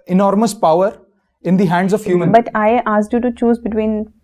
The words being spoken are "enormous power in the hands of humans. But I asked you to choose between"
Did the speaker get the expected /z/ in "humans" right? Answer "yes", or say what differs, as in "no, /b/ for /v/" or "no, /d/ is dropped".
no, /z/ is dropped